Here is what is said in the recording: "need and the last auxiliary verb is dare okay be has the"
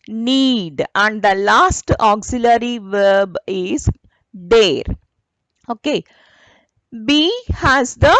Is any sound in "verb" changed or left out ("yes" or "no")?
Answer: no